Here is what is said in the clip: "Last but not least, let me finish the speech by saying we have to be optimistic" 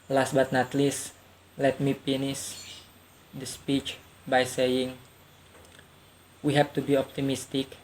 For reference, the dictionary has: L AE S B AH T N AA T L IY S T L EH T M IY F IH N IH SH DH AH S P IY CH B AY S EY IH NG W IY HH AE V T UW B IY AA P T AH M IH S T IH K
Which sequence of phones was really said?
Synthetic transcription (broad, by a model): L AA S B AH T N AA T L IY S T L EH T M IY P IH N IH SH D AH S P IY CH B AY S EY IH NG W IY HH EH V T UW B IY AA P T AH M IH S T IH K